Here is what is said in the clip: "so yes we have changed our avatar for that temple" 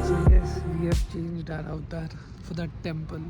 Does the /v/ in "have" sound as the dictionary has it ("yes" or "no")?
no